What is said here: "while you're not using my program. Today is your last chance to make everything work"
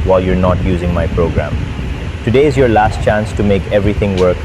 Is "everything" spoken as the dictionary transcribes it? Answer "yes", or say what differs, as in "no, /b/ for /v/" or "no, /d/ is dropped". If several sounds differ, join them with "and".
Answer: no, /t/ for /θ/